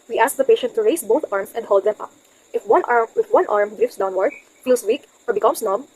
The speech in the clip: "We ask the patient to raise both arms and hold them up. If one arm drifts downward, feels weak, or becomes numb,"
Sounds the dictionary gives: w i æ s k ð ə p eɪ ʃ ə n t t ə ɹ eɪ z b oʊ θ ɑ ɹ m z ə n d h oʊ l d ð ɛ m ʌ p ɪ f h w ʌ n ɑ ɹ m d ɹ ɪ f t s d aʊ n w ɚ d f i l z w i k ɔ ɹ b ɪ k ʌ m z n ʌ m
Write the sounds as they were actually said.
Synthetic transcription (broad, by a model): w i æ s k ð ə p eɪ ʃ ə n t t ə ɹ eɪ s b oʊ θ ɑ ɹ m s ə n d h oʊ l d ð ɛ m ʌ p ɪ f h w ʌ n ɑ ɹ m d ɹ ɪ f s d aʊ n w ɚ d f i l s w i k ɔ ɹ b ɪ k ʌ m s n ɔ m